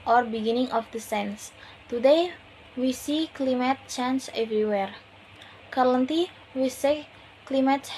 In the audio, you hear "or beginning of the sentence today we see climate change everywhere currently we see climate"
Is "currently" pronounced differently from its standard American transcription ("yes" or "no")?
yes